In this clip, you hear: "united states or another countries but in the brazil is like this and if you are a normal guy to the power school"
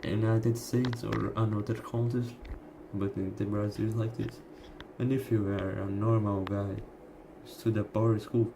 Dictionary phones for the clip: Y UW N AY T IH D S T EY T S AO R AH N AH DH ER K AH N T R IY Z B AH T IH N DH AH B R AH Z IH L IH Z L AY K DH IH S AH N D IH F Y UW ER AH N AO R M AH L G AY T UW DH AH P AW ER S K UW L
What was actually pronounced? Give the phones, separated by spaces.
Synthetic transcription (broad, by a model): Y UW N AY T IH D S T EY T S AO R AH N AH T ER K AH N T IY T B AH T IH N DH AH B R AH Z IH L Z L AY K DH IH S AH N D IH F Y UW ER AH N AO R M AH L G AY T UW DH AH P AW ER S K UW L